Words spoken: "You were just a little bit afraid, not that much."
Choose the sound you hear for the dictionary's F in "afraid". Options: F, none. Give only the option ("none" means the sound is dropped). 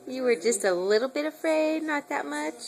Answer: F